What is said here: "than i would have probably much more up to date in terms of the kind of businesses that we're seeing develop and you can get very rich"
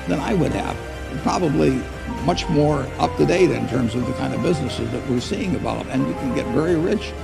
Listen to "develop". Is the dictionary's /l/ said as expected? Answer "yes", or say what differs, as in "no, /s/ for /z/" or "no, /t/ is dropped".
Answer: no, /l/ is dropped